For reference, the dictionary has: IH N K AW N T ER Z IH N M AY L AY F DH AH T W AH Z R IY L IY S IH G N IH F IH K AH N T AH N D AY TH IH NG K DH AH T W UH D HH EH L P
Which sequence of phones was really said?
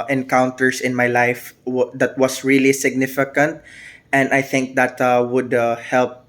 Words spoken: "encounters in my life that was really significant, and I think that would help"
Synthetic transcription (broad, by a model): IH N K AW N T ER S IH N M AY L AY F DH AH T W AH S R IY L IY S IH G N IH F IH K AH N T AH N D AY TH IH NG K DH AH T W UH D HH EH L P